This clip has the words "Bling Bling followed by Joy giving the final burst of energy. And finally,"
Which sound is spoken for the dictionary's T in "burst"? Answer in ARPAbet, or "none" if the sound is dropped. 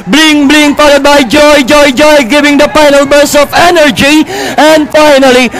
none